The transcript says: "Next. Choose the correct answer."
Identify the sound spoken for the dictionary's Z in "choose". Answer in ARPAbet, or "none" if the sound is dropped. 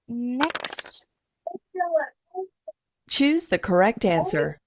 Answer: Z